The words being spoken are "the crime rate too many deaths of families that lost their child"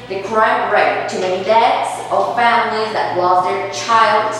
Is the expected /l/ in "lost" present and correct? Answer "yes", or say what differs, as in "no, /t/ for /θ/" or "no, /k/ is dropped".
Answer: no, /w/ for /l/